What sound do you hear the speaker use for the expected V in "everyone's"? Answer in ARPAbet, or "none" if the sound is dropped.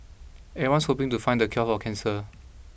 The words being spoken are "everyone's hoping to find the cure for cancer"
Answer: none